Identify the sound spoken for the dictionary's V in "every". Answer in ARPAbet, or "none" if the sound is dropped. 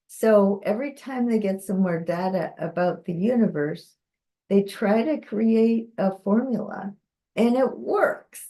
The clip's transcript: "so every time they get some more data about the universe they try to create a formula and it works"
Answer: V